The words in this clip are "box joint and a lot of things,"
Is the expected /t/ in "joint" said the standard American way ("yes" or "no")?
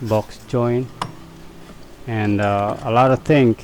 no